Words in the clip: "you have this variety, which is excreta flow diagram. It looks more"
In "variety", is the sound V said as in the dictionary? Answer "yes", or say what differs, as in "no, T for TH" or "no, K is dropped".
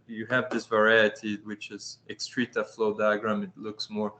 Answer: yes